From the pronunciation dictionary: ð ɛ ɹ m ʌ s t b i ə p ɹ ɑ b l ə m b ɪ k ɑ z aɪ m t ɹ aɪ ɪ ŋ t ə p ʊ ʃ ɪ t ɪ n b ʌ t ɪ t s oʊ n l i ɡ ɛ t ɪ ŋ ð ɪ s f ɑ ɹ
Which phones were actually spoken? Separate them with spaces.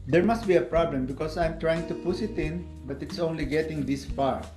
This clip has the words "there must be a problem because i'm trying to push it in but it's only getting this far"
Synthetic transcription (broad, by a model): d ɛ ɹ m ʌ s t b i ə p ɹ ɑ b l ə m b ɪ k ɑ s aɪ m t ɹ aɪ ɪ ŋ t ə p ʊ s ɪ t ɪ n b ʌ t ɪ t s oʊ n l i ɡ ɛ t ɪ ŋ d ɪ s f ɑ ɹ